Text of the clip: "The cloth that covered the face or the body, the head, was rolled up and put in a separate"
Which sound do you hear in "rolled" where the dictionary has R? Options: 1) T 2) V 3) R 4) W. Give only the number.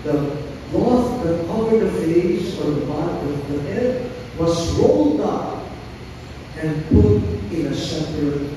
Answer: 3